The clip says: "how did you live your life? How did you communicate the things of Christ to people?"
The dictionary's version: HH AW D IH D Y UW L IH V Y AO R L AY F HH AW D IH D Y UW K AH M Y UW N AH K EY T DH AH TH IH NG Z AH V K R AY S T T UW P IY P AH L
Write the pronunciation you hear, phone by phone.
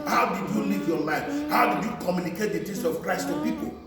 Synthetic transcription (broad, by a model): HH AW D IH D Y UW L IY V Y AO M AY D HH AW D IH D Y UW K AH M Y UW N AH K EY T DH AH T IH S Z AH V K R AY S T T UW P IY P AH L